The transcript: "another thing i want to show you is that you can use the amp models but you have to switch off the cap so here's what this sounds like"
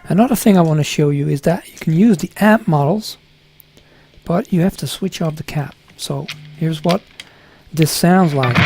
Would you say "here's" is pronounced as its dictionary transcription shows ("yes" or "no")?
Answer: yes